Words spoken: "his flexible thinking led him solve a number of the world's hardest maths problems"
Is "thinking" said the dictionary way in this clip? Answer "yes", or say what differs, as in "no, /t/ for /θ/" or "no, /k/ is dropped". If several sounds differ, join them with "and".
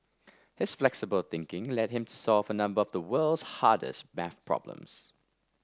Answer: yes